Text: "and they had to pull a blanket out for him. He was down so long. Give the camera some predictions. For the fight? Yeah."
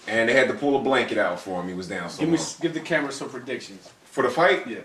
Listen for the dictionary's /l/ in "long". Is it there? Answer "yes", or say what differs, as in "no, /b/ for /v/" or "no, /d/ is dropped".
no, /w/ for /l/